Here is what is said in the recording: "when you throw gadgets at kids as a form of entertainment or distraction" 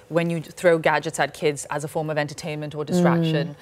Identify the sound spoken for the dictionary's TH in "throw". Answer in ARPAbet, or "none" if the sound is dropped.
TH